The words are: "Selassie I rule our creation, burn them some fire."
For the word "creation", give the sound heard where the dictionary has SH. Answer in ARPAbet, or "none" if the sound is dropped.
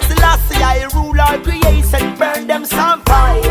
S